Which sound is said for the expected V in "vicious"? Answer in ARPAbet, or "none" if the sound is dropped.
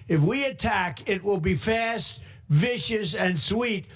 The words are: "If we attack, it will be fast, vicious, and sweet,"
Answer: V